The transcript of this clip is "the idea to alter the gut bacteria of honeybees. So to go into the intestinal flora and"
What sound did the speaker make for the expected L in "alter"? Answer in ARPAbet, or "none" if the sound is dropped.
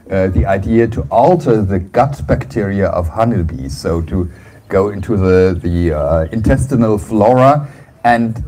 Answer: L